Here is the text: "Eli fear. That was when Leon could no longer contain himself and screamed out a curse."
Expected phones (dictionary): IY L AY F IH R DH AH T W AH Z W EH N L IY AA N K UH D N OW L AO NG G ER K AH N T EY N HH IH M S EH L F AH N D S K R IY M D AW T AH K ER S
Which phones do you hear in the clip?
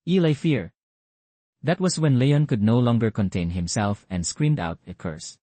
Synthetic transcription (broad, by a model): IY L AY F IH R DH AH T W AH S W EH N L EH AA N K UH D N OW L AO NG G ER K AH N T EY N HH IH M S EH L F AH N D S K R IY M D AW T AH K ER S